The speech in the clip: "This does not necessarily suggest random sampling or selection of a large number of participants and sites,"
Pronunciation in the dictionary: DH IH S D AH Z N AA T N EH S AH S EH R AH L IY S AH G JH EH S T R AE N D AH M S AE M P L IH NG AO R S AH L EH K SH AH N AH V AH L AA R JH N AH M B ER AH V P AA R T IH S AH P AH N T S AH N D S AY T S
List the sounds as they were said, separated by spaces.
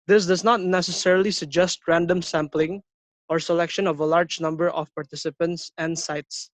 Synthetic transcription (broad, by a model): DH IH S D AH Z N AA T N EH S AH S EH R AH L IY S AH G JH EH S T R AE N D AH M S AE M P L IH NG AO R S AH L EH K SH AH N AH V AH L AA R JH N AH M B ER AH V P AA R T IH S AH P AH N T S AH N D S AY T S